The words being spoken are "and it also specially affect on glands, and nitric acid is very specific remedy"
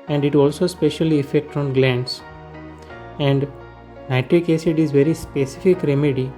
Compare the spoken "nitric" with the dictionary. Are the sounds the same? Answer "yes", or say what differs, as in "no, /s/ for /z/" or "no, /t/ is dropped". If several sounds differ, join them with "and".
yes